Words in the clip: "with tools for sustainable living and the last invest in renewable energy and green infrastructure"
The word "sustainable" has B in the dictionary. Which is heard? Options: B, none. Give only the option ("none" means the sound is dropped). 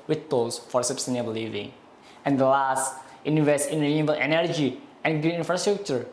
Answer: none